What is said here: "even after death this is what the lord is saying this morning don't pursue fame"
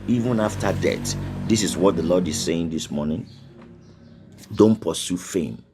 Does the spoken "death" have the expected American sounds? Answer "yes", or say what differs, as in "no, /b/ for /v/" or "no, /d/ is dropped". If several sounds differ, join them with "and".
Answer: no, /t/ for /θ/